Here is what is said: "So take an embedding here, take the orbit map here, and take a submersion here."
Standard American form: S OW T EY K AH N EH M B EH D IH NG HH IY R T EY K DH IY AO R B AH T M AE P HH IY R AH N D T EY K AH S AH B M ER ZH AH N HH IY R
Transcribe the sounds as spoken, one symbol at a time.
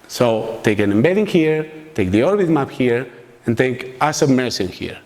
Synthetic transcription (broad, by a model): S OW T EY K AH N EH M B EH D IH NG HH IY R T EY K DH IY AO R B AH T M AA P HH IY R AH N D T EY K AH S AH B M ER S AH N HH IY R